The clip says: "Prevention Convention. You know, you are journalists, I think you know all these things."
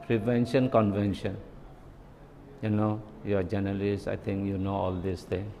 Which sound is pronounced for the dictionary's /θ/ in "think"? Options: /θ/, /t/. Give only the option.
/t/